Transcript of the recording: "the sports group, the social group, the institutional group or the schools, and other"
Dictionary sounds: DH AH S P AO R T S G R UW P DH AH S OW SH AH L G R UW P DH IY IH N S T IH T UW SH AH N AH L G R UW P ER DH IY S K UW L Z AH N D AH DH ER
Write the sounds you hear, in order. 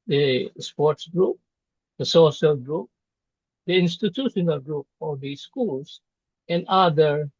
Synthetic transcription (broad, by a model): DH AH S P AO R T S G R UW P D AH S OW SH AH L G R UW P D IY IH N S T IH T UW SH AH N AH L G R UW P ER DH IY S K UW L S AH N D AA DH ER